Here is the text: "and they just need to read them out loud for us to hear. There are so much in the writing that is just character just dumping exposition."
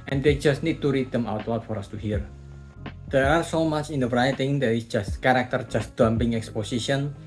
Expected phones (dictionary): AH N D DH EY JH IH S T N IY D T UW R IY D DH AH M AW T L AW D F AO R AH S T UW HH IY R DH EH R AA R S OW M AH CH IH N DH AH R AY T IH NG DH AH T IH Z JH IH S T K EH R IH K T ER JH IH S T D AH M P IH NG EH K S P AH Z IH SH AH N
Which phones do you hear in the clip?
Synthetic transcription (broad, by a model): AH N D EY JH IH S T N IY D T UW R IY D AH M AW T W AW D F AO R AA S T UW HH IY R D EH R AA R S OW M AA CH IH N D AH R AY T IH NG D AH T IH S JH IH S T K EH R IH K T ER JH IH S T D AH M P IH NG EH K S P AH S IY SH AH N